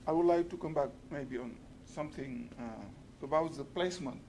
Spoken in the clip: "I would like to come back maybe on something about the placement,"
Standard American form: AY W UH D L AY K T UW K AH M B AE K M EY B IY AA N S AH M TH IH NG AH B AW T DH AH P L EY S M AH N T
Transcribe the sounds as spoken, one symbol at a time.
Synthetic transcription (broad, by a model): AY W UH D L AY K T UW K AH M B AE K M EY B IY AA N S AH M T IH NG AH B AW T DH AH P L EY S M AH N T